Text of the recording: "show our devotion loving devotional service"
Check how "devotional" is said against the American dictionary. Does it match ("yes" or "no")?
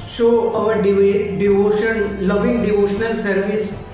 yes